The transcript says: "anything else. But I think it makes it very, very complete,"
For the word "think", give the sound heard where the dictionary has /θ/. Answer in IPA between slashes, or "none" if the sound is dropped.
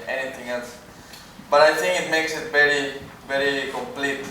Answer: /t/